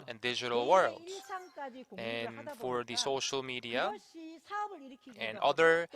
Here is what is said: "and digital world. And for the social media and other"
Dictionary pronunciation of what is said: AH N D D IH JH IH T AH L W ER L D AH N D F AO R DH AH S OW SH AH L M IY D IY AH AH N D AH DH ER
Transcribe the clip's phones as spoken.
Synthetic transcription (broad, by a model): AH N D D IH JH IH T AH L W ER L D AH N F AO R DH AH S OW SH AH L M IY D IY AH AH N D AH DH ER